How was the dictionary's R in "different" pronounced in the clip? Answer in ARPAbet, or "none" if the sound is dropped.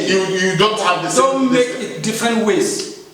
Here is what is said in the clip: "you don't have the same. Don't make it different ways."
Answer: R